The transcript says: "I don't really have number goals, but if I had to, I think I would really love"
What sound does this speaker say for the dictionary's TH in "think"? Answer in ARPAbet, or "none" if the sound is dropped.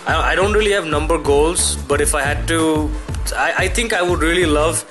T